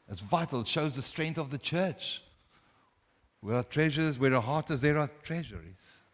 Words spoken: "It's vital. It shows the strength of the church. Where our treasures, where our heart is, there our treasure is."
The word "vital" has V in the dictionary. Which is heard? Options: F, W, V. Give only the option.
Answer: V